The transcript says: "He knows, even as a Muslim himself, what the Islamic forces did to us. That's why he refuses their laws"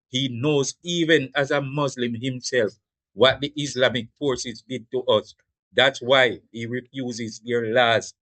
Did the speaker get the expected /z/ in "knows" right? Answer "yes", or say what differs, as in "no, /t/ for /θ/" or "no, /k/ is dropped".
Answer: yes